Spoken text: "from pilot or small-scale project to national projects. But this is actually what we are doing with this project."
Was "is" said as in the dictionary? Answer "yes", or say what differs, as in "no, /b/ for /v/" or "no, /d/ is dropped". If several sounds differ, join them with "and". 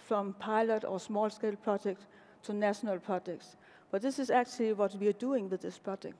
no, /s/ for /z/